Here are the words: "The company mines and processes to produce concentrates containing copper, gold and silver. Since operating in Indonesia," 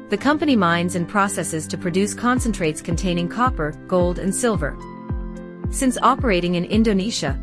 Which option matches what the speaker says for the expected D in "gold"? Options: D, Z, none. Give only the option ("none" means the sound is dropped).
D